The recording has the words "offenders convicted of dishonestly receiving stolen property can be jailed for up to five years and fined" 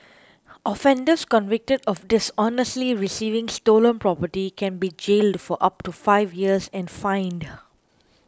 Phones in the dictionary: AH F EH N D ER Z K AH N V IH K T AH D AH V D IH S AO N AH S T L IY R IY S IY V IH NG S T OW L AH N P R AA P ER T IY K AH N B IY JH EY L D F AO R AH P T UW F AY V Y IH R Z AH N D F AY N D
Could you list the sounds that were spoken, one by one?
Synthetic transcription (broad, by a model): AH F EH N D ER S K AH N V IH K T AH D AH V D IH S AO N AH S T L IY R IY S IY V IH NG S T OW L AH N P R AA P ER T IY K AH N B IY JH EY L D F AO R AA P T UW F AY V Y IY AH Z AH N F AY N D